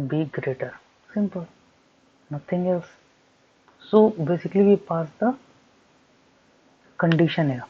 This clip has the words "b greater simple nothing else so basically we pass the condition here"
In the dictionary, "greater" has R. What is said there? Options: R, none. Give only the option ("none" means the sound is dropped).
R